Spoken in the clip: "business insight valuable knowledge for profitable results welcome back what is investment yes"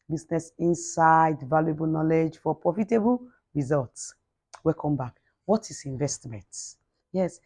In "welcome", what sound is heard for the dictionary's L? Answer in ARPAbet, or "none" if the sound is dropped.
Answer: none